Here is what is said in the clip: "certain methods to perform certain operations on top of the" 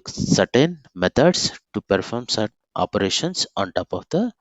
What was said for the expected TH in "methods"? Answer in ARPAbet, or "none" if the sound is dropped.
T